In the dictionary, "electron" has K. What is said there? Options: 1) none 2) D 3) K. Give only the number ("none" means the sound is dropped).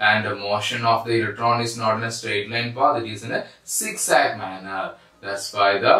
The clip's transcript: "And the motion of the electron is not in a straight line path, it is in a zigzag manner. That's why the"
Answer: 3